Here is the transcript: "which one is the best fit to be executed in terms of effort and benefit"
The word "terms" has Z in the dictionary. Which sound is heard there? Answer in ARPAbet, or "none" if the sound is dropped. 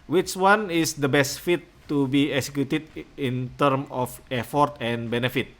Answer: none